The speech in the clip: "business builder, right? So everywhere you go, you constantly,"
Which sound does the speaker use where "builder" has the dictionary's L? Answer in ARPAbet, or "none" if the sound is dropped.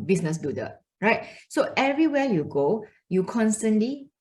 none